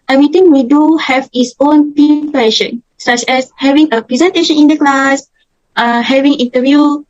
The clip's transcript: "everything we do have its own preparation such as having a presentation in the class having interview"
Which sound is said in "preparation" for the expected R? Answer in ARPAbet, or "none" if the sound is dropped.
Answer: none